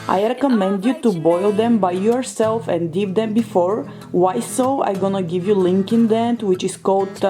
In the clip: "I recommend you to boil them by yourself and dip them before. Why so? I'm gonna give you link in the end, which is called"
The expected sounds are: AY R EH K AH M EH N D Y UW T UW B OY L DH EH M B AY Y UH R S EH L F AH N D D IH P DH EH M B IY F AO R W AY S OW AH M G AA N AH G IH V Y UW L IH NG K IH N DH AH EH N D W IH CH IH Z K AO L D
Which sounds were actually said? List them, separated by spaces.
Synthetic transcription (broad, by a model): AY R EH K AH M EH N D Y UW T UW B OY L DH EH M B AY Y UH R S EH L F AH N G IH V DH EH M B IY F AO R W AY S OW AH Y G AA N AH G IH V Y UW L IH NG K IH N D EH N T W IH CH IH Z K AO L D